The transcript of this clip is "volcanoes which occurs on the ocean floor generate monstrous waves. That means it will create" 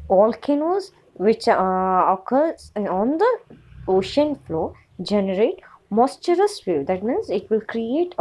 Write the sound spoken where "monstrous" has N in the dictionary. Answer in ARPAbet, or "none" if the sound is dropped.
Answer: none